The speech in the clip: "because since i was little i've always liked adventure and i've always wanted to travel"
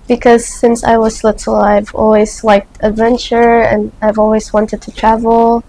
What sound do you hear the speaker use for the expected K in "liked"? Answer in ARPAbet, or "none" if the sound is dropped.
K